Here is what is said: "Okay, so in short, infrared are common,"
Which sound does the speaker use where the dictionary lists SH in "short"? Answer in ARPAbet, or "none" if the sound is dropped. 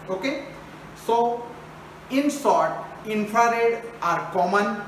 S